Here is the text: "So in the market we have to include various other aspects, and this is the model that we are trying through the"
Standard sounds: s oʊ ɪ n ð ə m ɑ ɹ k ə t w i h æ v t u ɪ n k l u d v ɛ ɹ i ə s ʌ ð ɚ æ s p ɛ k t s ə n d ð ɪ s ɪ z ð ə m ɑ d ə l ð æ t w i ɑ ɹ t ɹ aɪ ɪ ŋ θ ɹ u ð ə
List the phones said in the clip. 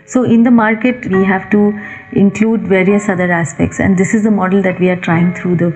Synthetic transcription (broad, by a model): s oʊ ɪ n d ə m ɑ ɹ k ə t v i h æ v t u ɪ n k l u d v ɛ ɹ i ə s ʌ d ɚ æ s p ɛ k t s ə n d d ɪ s ɪ z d ə m ɑ d ə l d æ t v i ɑ ɹ t ɹ aɪ ɪ ŋ t ɹ u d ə